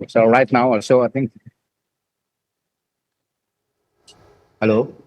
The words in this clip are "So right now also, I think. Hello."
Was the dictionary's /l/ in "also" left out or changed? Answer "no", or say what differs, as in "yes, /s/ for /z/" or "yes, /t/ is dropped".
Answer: yes, /l/ is dropped